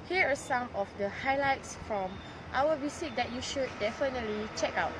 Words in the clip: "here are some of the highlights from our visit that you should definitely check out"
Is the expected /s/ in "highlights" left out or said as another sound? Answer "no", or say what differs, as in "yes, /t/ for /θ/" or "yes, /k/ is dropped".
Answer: no